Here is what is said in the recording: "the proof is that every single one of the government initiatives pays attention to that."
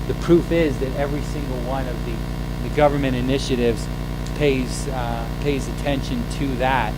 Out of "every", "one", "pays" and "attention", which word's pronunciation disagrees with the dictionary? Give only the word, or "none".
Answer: none